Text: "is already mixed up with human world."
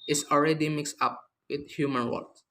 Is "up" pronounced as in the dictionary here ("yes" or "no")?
yes